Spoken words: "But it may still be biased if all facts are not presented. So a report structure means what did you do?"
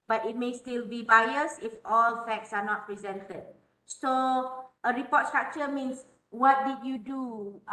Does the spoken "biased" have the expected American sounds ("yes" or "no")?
no